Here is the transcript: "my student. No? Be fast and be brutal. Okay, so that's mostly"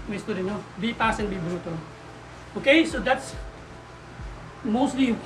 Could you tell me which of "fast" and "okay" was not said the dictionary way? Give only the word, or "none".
fast